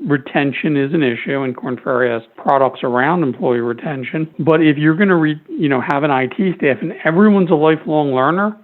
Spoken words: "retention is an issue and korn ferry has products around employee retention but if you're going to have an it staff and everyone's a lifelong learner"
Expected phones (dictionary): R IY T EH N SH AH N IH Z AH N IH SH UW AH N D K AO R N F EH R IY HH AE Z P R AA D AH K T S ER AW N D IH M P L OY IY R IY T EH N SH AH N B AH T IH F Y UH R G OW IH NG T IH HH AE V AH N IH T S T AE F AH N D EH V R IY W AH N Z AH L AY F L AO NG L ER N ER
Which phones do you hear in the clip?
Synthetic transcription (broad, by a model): R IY T EH N SH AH N IH Z AH N IH SH UW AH N K AO R N F EH R IY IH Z P R AA D AH K T S ER AW N D IH M P L OY IY R IY T EH N SH AH N B AH T IH F Y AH R G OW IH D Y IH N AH V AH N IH T S T AE F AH N EH V R IY W AH N Z AH L AY F L AO NG L ER N ER